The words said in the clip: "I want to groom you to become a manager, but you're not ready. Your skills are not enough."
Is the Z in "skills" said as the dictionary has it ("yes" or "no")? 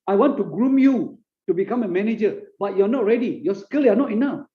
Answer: no